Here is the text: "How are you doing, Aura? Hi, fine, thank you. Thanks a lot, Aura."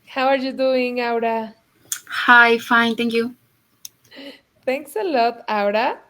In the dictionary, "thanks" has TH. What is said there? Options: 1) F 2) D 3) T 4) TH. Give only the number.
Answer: 3